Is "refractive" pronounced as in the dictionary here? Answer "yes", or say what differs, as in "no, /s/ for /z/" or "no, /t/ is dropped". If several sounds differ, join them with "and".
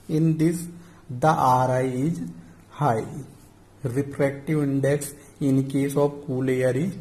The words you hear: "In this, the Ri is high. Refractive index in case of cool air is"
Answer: no, /p/ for /f/